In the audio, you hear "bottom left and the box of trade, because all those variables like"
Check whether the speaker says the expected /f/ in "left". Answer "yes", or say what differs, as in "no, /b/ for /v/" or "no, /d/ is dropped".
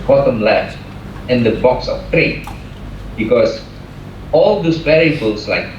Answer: no, /f/ is dropped